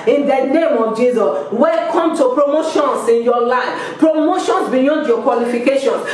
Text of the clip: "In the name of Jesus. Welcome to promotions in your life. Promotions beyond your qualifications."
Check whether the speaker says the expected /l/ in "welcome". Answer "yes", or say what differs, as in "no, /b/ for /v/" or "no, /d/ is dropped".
no, /l/ is dropped